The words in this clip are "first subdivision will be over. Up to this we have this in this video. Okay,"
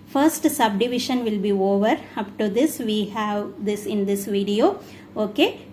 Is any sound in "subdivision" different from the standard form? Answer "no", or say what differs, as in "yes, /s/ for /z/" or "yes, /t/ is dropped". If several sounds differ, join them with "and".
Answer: yes, /ʃ/ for /ʒ/